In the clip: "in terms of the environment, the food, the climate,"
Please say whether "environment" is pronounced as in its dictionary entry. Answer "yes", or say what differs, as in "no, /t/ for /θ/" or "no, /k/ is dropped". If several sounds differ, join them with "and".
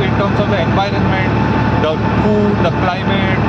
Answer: yes